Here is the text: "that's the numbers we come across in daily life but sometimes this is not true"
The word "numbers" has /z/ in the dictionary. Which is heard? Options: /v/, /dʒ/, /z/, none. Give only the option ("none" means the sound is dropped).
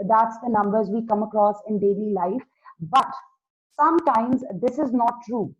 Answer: /z/